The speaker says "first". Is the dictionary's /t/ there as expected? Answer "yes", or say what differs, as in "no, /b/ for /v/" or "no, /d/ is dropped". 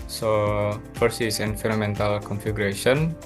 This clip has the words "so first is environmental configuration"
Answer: no, /t/ is dropped